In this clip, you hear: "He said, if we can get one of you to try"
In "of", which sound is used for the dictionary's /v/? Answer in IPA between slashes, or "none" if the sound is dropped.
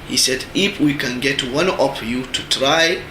/p/